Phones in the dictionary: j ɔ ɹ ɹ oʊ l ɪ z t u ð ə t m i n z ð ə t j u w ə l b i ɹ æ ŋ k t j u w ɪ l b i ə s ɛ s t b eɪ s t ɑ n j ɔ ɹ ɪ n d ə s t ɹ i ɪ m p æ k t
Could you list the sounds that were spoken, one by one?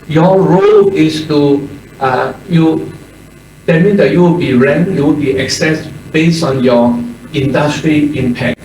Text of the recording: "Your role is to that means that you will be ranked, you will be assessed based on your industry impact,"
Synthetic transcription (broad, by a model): j ɔ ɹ ɹ oʊ l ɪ s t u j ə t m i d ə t j u w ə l b i ɹ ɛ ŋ j u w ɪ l b i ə s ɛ s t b eɪ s ɑ n j ɔ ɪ n d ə s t ɹ i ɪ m p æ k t